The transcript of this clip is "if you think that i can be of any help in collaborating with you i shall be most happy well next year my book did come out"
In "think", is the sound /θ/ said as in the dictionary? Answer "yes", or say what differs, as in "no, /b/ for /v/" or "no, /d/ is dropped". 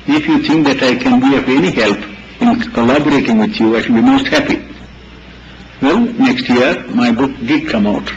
no, /t/ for /θ/